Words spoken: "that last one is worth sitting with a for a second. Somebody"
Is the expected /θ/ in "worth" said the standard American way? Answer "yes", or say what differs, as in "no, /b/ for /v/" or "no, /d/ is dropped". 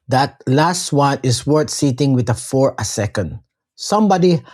no, /t/ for /θ/